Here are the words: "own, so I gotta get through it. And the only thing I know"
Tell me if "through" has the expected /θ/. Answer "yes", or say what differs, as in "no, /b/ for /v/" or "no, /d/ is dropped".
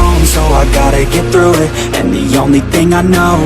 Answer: yes